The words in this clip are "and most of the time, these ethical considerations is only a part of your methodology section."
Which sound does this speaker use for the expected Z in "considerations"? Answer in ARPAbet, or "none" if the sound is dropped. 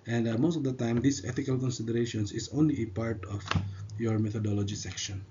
S